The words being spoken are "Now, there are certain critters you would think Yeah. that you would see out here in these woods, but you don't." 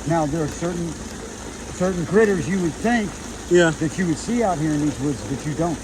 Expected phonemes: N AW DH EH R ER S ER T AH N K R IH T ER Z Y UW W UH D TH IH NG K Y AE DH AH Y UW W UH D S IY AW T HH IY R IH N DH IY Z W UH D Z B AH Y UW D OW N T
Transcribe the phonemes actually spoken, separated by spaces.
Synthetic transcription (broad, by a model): N AW DH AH R ER S ER T N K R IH T ER Z Y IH W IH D TH IH NG K Y AE DH AH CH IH W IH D S IY AW T HH IY R IH N DH IY Z W UH D Z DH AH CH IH D OW N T